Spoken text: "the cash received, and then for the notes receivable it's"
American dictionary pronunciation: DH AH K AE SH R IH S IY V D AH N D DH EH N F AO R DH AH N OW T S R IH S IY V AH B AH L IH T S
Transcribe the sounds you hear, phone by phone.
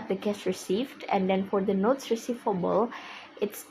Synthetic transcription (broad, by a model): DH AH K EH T R IH S IY V D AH N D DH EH N F AO R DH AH N OW T S R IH S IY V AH B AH L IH T S